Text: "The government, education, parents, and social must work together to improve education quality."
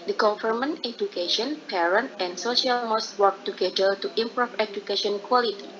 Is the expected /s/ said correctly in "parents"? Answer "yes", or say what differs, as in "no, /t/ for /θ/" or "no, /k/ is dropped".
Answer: no, /s/ is dropped